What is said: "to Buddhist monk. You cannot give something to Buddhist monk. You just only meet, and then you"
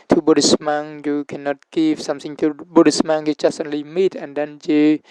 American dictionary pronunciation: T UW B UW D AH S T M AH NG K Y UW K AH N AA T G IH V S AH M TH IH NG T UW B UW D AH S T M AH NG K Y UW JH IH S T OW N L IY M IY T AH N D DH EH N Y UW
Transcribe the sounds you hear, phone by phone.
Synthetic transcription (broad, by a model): T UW B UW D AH S M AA NG Y UW K AH N AA T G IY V S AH M S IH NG T UW B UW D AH S M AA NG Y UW CH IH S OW N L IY M IY T AH N D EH N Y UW